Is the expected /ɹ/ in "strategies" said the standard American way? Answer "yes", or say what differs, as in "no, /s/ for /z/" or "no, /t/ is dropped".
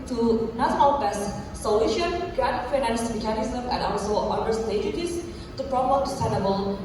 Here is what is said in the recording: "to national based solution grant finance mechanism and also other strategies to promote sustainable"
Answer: no, /ɹ/ is dropped